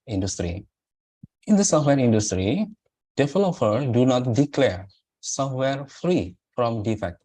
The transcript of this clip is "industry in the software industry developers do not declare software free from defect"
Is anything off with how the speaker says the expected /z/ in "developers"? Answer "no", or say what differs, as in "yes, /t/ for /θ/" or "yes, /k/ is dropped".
yes, /z/ is dropped